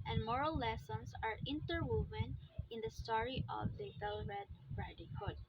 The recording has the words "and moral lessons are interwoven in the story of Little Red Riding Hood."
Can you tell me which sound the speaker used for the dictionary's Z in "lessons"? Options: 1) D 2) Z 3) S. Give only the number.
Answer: 3